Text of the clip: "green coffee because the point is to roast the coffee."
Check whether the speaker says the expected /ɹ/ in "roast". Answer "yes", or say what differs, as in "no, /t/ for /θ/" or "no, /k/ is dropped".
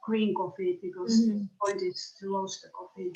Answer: no, /l/ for /ɹ/